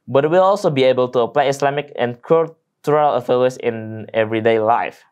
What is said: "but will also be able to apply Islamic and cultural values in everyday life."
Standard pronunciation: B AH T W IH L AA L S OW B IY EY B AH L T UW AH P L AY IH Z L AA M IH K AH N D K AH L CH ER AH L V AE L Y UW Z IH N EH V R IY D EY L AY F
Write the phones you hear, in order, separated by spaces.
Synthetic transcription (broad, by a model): B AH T W IH L AA L S OW B IY EY B AH L T UW AH P L AY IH S L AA M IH K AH N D K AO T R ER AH L F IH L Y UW S IH N EH V R IY D EY L AY F